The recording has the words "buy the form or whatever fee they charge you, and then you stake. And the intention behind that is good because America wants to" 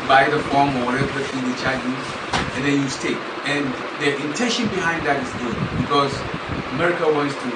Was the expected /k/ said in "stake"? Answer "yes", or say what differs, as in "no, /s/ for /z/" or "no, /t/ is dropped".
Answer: no, /k/ is dropped